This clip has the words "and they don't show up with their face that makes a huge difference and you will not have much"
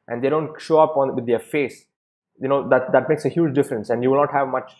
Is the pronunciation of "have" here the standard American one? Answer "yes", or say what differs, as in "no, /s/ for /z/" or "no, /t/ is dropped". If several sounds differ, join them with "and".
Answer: yes